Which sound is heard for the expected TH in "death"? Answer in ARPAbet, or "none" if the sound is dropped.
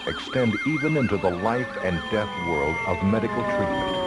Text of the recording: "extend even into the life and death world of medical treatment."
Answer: TH